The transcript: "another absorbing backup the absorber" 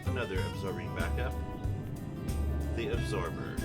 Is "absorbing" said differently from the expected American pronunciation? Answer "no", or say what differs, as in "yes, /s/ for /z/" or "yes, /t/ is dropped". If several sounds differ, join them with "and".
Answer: no